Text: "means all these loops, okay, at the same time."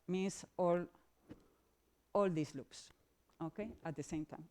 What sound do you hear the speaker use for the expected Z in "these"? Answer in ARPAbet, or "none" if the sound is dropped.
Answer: S